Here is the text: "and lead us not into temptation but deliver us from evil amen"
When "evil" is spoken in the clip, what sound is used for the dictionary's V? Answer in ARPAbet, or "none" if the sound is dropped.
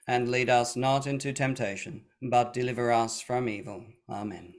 V